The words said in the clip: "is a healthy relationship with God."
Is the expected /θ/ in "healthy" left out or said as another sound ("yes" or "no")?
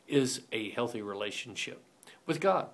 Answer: no